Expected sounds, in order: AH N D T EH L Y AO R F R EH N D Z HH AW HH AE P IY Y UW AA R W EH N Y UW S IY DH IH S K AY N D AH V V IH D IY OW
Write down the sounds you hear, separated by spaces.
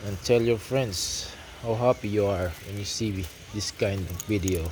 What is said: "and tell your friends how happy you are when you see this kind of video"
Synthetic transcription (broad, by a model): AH N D T EH L Y AO R F R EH N D S HH AW HH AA P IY Y UW AA R W EH N Y UW S IY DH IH S K AY N D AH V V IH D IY OW